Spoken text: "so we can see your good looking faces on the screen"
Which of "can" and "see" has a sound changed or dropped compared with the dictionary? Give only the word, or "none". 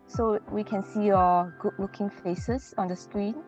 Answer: none